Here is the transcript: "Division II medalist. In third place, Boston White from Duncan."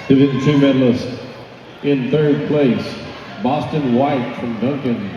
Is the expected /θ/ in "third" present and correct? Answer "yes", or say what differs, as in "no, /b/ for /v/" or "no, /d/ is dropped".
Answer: yes